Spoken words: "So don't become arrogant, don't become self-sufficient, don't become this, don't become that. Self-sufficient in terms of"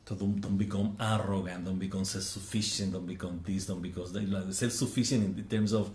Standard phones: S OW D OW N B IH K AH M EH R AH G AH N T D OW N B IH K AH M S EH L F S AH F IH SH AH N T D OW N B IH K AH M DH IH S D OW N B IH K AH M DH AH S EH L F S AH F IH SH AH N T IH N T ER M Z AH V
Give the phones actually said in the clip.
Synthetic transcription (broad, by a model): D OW D OW N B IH K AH M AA R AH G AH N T D OW N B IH K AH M S EH L F S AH F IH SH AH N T D OW N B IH K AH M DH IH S D OW N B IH K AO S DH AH S EH L F S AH F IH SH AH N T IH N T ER M S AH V